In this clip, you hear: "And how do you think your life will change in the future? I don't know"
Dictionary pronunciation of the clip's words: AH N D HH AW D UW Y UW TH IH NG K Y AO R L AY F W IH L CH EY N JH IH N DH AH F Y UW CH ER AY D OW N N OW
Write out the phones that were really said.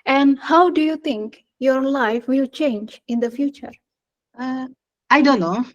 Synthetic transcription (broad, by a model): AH N D HH AW D UW Y UW T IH NG K Y AO R L AY F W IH L CH EY N JH IH N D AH F Y UW CH ER AY D OW N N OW